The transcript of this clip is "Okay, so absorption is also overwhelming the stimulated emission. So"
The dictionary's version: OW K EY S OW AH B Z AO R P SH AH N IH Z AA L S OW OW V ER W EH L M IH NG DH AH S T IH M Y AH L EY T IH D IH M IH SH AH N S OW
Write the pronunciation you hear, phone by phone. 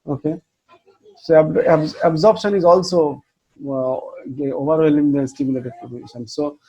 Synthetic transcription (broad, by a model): OW K EY S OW AH B Z AO R P SH AH N IH Z AA L S OW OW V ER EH L IH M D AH S T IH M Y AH L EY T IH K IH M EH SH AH N S OW